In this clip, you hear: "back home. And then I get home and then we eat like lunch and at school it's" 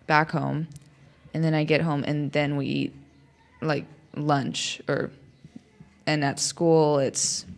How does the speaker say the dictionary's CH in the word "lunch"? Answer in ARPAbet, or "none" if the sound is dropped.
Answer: CH